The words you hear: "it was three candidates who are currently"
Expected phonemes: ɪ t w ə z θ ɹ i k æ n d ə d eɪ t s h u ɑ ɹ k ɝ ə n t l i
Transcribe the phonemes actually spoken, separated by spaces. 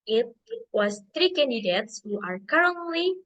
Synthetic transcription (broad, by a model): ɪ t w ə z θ ɹ i k æ n d ə d eɪ t s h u ɑ ɹ k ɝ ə n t l i